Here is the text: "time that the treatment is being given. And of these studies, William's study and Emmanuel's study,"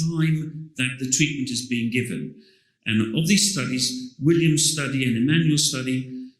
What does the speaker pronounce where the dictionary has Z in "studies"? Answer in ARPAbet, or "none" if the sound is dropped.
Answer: Z